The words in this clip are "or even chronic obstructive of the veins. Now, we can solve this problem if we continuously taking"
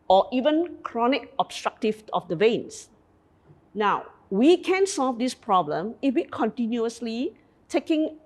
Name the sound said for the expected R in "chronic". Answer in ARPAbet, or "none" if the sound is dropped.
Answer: R